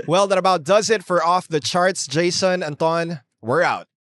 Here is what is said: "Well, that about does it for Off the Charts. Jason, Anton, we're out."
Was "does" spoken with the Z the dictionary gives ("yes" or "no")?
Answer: yes